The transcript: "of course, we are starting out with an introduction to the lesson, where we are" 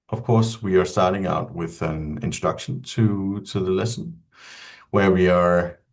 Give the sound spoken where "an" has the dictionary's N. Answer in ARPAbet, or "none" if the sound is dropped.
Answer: N